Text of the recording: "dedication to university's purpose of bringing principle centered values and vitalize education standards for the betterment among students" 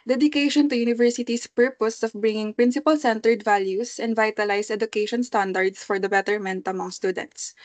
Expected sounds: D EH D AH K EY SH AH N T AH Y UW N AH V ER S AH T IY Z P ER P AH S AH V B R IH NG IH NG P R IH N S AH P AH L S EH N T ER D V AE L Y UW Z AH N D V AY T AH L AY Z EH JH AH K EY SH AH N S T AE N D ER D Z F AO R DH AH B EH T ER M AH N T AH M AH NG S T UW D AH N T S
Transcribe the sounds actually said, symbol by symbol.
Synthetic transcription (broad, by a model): D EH D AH K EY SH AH N T AH Y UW N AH V ER S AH T IY S P ER P AH S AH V B R IH NG IH NG P R IH N S AH P AH L S EH N T ER D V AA L Y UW S AH N D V AY T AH L AY S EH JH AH K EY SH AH N S T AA N D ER D S F AO R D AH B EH T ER M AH N T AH M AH NG S T UW D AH N T S